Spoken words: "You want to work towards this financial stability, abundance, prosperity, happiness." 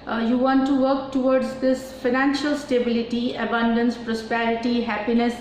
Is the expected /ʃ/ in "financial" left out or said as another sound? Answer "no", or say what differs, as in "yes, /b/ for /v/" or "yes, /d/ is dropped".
no